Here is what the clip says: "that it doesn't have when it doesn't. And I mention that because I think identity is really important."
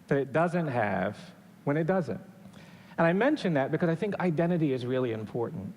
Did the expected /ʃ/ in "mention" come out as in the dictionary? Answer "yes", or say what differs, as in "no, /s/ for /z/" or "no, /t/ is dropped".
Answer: yes